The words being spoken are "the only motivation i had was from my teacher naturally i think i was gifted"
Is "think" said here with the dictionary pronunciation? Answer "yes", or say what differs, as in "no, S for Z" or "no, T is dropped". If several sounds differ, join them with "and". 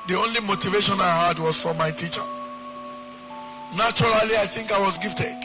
yes